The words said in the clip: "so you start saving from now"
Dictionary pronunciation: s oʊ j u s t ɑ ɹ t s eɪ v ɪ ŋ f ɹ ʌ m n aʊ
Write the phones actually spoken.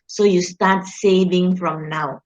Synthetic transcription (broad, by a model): s oʊ j u s t ɑ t s eɪ v ɪ ŋ f ɹ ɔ m n aʊ